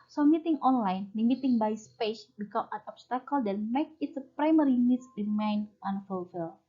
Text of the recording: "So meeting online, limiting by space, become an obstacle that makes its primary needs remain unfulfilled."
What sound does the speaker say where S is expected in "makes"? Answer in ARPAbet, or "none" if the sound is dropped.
none